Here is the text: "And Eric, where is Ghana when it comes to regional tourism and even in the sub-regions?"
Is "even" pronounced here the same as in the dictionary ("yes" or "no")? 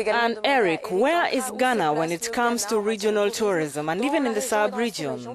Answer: yes